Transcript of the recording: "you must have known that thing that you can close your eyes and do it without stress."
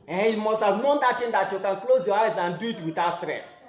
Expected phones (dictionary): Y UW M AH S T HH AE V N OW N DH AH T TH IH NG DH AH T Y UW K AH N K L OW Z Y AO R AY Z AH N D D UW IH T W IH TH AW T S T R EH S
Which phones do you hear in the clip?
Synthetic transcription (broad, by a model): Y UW M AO S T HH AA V N OW N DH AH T T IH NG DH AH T Y UW K AH N K L OW Z Y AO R AY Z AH N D D UW IH T W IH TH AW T S T R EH S